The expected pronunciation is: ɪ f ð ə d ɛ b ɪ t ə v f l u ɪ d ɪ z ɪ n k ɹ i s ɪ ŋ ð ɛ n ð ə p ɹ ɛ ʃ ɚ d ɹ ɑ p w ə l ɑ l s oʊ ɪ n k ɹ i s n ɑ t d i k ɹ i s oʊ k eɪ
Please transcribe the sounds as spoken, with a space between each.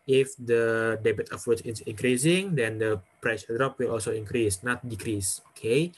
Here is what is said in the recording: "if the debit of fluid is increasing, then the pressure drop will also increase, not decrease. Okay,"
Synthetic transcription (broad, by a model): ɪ f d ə d ɛ b ɪ t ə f u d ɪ s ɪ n k ɹ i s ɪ ŋ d ɛ n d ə p ɹ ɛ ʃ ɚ d ɹ ɑ p w ə l ɑ l s oʊ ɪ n k ɹ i s n ɑ t d i k ɹ i s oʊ k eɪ